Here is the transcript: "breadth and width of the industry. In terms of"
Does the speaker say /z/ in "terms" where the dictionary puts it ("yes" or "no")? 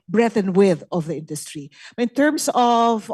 no